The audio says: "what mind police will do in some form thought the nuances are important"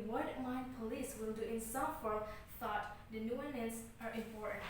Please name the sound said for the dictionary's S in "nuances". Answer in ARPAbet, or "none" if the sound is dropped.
none